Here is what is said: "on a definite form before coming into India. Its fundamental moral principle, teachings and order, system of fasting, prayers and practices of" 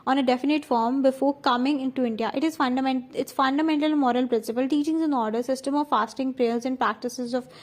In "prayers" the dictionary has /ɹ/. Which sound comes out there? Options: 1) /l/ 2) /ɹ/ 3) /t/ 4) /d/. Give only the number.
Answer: 2